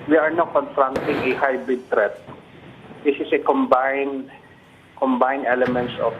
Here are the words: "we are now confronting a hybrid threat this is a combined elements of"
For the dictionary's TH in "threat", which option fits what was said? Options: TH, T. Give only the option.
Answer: T